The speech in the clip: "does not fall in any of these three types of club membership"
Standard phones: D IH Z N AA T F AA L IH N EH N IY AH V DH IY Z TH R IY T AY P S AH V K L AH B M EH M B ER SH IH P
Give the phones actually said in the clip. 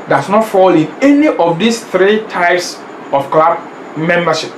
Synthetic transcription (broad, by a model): D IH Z N AA T F AA L IH N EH N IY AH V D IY S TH R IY T AY P S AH F K L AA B M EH M B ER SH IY P